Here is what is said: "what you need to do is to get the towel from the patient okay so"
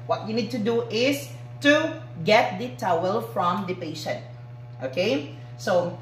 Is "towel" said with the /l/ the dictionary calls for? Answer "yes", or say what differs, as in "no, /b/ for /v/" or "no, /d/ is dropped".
yes